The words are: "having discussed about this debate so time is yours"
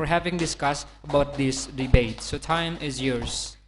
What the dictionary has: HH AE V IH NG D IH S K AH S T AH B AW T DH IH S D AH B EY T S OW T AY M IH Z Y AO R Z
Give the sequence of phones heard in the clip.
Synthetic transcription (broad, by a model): HH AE V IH NG D IH S K AH S T AH B AW T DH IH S D AH B EY T S OW T AY M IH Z Y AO R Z